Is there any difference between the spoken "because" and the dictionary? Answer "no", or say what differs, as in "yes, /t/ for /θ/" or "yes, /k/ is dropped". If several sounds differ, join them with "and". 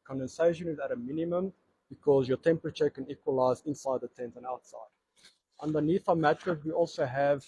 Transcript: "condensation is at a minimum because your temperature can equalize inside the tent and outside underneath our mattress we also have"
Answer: no